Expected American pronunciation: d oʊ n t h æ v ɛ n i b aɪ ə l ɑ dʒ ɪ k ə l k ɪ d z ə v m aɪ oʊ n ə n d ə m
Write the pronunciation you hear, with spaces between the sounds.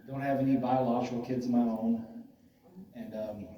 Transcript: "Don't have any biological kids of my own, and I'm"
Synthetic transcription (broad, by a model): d oʊ n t h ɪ v ɛ n i b aɪ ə l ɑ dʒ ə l k ɪ d z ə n m aɪ oʊ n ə n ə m